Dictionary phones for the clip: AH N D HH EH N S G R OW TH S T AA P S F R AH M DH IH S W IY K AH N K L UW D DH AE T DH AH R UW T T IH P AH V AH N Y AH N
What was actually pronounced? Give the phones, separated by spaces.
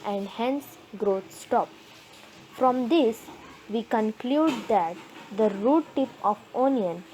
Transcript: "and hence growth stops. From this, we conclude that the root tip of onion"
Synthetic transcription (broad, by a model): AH N D HH EH N S G R OW T S T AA P F R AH M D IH S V IY K AH N K L UW D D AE T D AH R UW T T IH P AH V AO N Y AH N